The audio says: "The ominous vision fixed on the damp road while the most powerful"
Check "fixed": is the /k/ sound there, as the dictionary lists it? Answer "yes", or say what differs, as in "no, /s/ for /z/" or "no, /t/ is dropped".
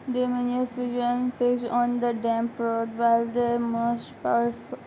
no, /k/ is dropped